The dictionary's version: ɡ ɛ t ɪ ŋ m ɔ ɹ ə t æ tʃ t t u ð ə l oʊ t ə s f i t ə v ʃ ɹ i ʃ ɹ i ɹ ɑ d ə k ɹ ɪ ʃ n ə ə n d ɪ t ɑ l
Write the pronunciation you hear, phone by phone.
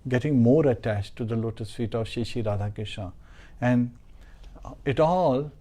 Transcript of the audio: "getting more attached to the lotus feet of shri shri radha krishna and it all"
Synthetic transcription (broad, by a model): ɡ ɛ t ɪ ŋ m ɔ ɹ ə t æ tʃ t t u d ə l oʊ t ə s f i t ə v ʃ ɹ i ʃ i ɹ ɑ d ə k ɪ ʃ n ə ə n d ɪ t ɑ l